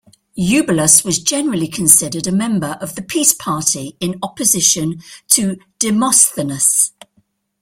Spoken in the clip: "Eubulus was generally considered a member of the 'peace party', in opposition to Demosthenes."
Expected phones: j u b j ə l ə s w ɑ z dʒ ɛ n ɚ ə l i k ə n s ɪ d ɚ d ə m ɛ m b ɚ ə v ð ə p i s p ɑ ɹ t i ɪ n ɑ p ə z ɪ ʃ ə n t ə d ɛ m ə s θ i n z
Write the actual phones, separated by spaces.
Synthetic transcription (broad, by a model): j u b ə l ə s w ɑ z dʒ ɛ n ɚ ə l i k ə n s ɪ d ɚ d ə m ɛ m b ɚ ə v ð ə p i s p ɑ t i ɪ n ɑ p ə z ɪ ʃ ə n t ə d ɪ m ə s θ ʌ n s